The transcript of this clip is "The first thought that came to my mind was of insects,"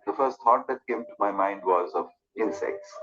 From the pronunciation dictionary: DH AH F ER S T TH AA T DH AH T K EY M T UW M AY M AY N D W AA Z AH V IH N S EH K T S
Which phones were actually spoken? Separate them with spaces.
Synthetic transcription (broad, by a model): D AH F ER S T T AA T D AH T K EY M T UW M AY M AY N D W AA Z AH V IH N S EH K T S